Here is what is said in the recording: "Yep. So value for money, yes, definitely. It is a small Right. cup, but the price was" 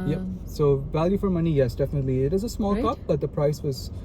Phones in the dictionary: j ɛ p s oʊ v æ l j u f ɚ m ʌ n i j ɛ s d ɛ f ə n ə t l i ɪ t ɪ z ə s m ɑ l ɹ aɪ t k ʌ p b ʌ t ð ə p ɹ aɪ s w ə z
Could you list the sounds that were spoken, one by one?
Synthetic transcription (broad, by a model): j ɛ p s oʊ v æ l j u f ɚ m ʌ n i j ɛ s d ɛ f ə n ə t l i ɪ t ɪ z ə s m ɑ l k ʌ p b ʌ t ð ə p ɹ aɪ s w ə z